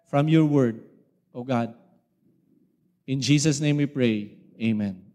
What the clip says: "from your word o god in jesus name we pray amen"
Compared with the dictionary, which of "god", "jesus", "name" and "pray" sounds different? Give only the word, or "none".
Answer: jesus